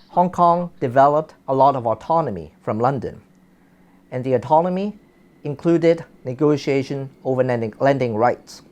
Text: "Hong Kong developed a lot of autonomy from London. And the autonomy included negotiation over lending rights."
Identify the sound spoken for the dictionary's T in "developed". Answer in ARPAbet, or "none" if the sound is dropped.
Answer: T